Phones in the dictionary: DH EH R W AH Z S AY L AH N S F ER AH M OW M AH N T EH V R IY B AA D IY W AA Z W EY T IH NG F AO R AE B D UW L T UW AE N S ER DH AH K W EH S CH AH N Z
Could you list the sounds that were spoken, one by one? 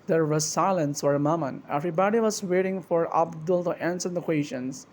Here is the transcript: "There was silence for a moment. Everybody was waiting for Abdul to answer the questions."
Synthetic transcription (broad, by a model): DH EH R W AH S AY L AH N S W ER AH M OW M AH N EH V R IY B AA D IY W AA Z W EY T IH NG F AO R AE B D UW L T UW AE N S ER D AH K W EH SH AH N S